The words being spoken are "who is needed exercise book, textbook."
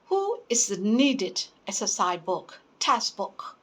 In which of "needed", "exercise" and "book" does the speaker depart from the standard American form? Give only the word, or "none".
exercise